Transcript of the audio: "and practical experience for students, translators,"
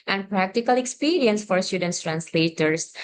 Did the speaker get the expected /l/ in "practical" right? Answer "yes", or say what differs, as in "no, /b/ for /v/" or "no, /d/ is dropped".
yes